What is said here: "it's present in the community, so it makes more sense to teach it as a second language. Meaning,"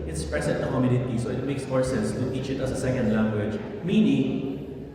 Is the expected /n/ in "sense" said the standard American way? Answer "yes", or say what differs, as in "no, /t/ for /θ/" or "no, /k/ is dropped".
no, /n/ is dropped